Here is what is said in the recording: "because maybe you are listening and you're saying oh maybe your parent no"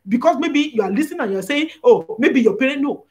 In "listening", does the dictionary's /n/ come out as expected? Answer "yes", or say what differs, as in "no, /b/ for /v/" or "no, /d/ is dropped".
no, /n/ is dropped